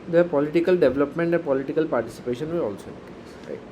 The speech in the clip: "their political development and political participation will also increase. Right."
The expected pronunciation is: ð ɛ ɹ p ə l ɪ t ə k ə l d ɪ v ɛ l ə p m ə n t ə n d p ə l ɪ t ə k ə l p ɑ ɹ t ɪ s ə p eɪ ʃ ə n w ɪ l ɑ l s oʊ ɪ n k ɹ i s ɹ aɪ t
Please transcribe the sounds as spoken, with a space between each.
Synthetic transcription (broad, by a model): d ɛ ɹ p ə l ɪ t ə k ə l d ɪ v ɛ l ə p m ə n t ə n p ə l ɪ t ə k ə l p ɑ ɹ t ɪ s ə p eɪ ʃ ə n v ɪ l ɑ l s oʊ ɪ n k i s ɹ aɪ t